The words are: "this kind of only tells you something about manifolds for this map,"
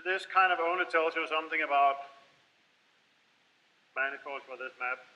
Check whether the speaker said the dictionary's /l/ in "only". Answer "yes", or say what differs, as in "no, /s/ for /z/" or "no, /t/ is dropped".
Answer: no, /l/ is dropped